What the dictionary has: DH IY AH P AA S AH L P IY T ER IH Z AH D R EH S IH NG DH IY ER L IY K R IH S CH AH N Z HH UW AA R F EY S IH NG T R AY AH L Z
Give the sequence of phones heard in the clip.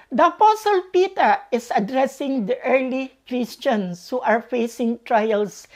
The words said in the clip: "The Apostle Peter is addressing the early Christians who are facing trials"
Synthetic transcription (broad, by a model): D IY AH P AA S AH L P IY T ER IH S AH D R EH S IH NG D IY ER L IY K R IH S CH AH N S HH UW AA R F EY S IH NG T R AY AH L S